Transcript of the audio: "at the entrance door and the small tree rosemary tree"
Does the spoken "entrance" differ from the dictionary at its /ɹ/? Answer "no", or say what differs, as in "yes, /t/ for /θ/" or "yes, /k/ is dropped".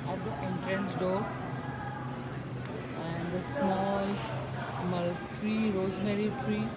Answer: no